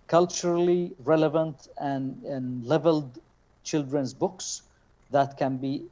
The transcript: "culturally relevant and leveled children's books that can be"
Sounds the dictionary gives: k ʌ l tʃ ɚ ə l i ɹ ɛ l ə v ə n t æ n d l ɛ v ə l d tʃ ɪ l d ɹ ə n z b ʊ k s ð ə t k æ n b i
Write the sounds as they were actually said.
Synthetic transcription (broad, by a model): k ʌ l tʃ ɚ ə l i ɹ ɛ l ə v ə n t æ n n l ɛ v ə l d tʃ ɪ l d ɹ ə n z b ʊ k s ð ə t k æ n b i